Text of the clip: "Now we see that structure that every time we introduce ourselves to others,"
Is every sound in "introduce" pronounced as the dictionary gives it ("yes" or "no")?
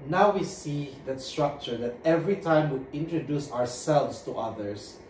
yes